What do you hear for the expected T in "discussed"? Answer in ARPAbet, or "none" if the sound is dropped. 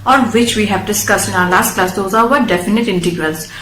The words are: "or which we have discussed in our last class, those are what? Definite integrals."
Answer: T